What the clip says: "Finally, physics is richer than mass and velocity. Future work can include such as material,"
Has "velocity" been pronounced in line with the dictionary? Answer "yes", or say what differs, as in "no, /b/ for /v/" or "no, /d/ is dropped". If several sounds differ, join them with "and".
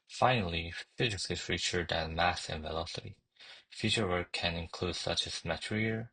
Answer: yes